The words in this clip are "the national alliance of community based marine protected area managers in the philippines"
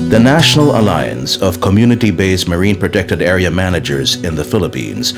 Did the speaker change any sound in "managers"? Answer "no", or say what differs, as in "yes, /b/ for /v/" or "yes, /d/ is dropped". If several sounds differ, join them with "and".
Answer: no